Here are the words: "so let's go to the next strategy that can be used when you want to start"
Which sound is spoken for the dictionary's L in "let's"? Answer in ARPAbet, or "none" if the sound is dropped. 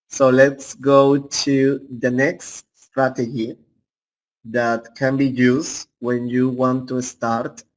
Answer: L